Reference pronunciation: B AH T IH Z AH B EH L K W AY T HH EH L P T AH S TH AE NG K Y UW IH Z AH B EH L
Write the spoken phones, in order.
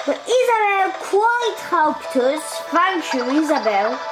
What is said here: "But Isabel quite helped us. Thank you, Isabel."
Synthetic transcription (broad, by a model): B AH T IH Z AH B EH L K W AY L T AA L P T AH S F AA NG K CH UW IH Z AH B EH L